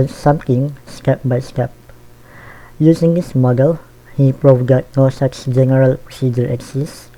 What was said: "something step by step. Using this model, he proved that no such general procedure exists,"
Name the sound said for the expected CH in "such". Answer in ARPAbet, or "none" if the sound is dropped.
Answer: S